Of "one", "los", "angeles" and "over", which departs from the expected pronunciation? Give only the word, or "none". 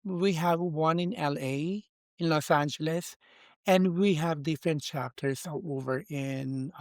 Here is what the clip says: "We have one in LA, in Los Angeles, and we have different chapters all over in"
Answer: none